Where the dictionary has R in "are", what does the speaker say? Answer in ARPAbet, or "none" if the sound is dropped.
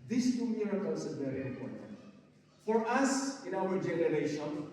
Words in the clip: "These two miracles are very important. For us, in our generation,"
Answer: L